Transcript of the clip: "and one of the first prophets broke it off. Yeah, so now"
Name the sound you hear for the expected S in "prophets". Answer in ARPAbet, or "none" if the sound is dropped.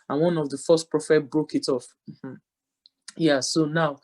none